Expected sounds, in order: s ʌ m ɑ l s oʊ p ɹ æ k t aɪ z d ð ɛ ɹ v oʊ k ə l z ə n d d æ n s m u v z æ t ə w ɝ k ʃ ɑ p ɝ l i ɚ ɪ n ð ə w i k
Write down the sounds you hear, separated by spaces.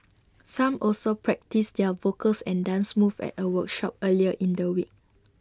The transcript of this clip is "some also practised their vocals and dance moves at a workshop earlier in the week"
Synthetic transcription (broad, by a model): s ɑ m ɑ l s oʊ p ɹ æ k t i s d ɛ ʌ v oʊ k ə l s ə n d d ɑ n s m u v ɛ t ə w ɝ k ʃ ɑ p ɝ l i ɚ ɪ n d ə w i k